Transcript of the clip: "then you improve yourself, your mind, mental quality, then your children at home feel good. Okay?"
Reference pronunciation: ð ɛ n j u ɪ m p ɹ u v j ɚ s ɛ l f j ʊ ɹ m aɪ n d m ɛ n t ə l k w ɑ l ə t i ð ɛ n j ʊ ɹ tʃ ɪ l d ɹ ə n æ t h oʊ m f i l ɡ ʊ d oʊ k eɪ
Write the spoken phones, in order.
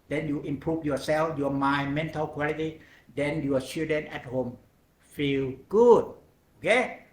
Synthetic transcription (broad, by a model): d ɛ n j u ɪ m p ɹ u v j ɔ s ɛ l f j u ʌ m aɪ m ɛ n t ə l k w ɑ l ə t i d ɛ n j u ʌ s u d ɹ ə n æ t h oʊ m f i l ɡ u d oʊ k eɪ